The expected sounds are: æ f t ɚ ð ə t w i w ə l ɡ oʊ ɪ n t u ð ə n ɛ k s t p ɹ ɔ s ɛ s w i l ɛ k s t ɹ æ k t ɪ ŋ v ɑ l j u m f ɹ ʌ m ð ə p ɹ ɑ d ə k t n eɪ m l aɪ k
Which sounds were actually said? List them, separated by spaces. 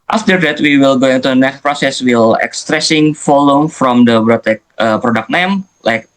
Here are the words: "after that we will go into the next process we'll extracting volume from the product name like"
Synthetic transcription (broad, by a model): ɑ f t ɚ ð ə t w i w ə l ɡ oʊ ɪ n t u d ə n ɛ k s t p ɹ ɔ s ɛ s w i l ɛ k s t ɹ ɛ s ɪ ŋ f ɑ l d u m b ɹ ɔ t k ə p ɹ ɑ d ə k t n eɪ m l aɪ k